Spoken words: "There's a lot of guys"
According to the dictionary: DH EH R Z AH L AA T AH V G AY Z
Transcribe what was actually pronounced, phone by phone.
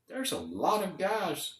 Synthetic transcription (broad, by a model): DH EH R Z AH L AA T AH V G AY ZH